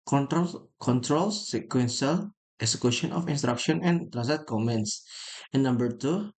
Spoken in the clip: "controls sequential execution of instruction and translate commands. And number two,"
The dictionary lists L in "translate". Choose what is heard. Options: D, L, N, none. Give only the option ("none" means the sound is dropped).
none